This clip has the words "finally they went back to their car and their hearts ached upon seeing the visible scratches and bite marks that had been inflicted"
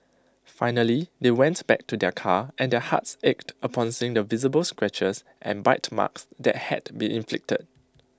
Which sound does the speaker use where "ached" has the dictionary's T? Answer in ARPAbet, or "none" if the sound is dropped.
T